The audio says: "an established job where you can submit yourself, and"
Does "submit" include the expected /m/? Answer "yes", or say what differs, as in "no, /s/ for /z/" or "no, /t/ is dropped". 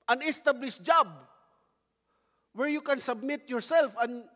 yes